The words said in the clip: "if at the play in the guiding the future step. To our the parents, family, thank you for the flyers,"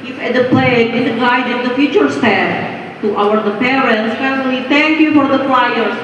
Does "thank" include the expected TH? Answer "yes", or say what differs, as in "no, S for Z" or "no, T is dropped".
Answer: no, T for TH